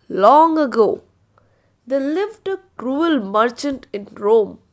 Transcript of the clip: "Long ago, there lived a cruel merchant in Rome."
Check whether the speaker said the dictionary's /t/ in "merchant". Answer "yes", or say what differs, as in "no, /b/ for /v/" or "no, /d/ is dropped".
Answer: yes